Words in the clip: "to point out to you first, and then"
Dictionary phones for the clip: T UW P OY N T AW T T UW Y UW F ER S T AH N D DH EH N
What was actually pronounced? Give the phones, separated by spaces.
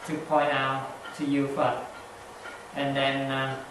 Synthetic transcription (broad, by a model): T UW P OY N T AW T T UW Y UW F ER T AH N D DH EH N